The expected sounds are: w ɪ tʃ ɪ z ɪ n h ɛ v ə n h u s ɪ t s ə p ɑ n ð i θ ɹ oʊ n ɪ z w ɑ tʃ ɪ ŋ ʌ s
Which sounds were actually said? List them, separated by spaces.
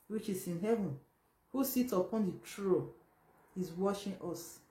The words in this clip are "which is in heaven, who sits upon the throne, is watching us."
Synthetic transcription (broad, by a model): w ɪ tʃ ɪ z ɪ n h ɛ v ə n h u s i t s ə p ɑ n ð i t ɹ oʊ ɪ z w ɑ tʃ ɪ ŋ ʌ s